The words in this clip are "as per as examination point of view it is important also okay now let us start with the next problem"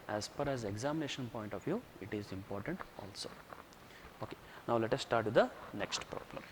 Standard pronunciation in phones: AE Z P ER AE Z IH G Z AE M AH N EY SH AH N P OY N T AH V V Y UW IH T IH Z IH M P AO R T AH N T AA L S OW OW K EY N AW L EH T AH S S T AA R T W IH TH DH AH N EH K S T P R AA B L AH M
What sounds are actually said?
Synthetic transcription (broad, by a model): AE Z F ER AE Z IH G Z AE M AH N EY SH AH N P OY N T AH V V Y UW IH T IH Z IH M P AO R T AH N T AA L S OW OW K EY N AW L EH T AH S S T AA R T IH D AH N EH K S T P R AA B L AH M